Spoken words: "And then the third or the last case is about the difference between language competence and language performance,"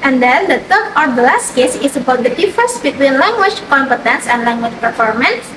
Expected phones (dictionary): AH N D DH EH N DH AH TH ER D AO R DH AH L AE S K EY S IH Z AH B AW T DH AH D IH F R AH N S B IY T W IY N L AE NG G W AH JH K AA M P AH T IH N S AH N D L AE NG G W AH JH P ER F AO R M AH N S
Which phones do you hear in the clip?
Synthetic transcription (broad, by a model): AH N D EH N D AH T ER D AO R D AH L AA S K EY S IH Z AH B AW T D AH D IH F AH S B IY T W IY N L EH NG G W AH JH K AA M P AH T IH N S AH N D L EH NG G W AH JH P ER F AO R M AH N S